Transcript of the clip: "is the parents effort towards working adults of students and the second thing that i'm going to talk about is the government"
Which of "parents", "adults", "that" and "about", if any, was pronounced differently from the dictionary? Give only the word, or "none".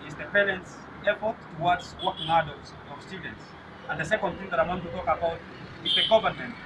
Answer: none